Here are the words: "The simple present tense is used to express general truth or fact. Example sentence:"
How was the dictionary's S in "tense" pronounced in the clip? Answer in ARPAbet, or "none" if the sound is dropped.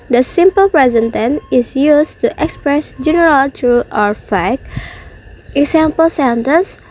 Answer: none